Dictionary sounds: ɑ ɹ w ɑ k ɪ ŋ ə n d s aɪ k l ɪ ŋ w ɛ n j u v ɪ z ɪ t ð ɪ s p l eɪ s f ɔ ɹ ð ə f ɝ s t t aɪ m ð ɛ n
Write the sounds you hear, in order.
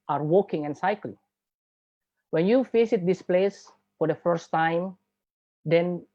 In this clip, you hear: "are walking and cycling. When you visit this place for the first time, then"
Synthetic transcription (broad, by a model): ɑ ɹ w ɑ k ɪ ŋ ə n s aɪ k l ɪ ŋ w ɛ n j u f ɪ s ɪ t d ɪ s p l eɪ s f ɔ ɹ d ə f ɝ s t t aɪ m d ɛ n